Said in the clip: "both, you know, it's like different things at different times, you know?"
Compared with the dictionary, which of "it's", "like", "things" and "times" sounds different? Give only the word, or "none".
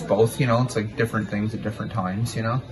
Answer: none